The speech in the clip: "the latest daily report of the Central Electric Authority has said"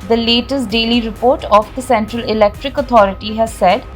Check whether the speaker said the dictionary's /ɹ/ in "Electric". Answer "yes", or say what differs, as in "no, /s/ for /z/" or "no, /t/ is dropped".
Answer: yes